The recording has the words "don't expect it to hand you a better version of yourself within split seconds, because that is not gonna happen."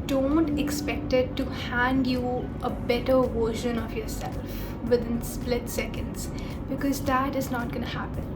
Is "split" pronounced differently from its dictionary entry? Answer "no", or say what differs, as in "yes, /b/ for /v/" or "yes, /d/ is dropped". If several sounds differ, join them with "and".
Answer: no